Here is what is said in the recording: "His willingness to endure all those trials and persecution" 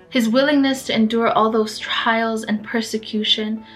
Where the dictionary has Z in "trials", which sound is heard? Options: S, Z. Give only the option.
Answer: Z